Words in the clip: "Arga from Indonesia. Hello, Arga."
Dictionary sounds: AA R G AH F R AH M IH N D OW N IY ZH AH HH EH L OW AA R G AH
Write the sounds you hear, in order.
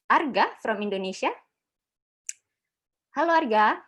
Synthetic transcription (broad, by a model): AA R G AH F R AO M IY N D OW N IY S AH HH EH L OW AA R G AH